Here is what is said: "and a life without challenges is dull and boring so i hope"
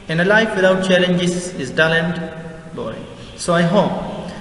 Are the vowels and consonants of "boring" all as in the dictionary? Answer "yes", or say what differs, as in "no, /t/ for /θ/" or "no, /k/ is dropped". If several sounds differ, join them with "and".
no, /ɹ/ is dropped